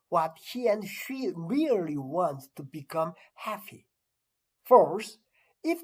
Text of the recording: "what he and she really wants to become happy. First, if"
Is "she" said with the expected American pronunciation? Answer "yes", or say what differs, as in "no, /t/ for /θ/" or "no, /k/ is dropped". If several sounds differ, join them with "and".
yes